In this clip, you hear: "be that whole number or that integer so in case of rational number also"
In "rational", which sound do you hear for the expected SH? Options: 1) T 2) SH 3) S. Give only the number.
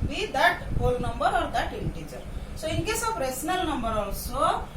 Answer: 3